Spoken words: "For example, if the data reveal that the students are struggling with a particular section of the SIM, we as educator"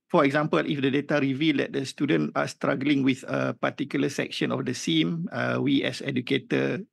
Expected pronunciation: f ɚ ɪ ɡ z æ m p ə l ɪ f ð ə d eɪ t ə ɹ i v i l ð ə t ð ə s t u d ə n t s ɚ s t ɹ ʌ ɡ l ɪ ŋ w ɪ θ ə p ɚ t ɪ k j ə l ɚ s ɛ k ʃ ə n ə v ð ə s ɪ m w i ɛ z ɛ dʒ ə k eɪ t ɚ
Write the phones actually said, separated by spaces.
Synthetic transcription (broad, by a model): f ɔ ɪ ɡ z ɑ m p ə l ɪ f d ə d eɪ t ə ɹ i v i l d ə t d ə s t u d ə n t ɑ s t ɹ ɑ ɡ l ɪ ŋ w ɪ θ ə p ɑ t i k j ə l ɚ s ɛ k ʃ ə n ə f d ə s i m w i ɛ s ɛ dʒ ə k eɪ t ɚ